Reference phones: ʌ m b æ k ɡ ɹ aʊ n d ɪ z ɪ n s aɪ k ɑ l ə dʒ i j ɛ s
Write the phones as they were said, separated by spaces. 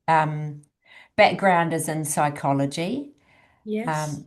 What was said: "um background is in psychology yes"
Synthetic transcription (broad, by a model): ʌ m b æ k ɡ ɹ aʊ n d ɪ z ɪ n s aɪ k ɑ l ə dʒ i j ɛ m